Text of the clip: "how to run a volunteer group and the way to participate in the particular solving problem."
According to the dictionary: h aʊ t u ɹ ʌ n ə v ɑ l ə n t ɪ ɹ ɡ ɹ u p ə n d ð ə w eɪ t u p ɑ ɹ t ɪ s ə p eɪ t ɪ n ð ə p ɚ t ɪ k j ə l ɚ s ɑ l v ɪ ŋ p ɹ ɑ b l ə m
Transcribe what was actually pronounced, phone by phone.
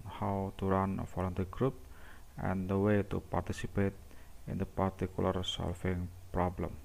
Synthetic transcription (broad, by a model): h aʊ t u ɹ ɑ n ə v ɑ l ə n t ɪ ɡ ɹ u p ə n d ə w eɪ t u p ɑ ɹ t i s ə p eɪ t ɪ n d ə p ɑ t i k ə l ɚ s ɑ l f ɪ ŋ p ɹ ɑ b l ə m